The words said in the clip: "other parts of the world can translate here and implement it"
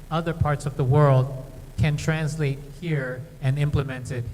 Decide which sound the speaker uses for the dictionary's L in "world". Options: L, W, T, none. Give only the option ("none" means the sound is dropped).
L